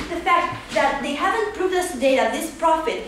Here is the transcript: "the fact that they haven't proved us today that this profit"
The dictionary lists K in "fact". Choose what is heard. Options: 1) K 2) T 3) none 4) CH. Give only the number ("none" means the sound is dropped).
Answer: 1